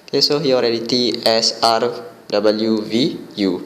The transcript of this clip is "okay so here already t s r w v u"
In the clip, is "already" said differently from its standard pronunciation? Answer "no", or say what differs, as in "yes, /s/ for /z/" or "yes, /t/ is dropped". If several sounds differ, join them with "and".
no